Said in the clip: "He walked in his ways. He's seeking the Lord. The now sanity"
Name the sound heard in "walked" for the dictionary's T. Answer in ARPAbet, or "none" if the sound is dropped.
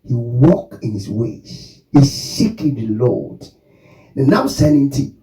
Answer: none